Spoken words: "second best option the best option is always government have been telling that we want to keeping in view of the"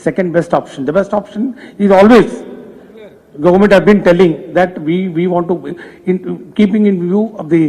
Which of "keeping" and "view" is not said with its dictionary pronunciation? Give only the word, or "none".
none